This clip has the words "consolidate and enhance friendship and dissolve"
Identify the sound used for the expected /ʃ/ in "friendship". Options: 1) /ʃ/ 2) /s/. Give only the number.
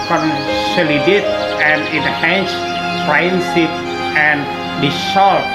2